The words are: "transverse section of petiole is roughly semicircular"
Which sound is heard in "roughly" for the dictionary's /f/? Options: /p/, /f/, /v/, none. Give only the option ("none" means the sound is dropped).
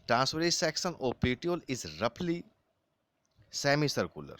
/p/